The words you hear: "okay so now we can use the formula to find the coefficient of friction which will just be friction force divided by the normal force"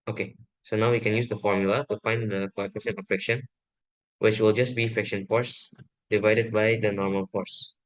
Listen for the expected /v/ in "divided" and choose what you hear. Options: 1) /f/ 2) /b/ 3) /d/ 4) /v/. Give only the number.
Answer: 4